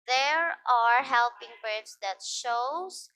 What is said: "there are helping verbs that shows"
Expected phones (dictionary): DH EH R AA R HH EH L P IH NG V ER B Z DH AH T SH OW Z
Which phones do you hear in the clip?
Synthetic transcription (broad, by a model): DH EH R AA R HH EH L P IH NG B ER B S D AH T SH OW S